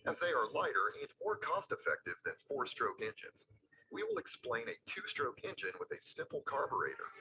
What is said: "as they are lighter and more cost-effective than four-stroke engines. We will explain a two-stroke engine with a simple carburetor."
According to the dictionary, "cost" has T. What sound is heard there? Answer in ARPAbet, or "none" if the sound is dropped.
T